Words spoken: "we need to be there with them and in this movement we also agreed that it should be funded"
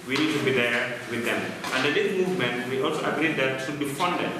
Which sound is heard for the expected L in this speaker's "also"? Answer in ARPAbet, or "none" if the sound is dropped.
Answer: L